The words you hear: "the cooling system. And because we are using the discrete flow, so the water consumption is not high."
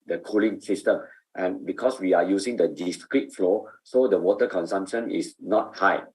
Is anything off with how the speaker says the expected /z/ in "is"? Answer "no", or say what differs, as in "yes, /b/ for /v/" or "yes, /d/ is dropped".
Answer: yes, /s/ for /z/